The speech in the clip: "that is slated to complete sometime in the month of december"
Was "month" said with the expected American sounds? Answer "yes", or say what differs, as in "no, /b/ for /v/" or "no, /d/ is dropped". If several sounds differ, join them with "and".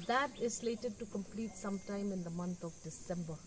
no, /t/ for /θ/